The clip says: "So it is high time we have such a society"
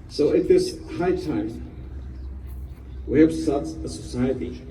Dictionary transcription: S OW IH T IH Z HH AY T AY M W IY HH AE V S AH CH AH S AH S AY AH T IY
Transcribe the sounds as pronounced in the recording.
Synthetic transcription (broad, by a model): S OW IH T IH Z HH AY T AY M W IY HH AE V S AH S AH S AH S AY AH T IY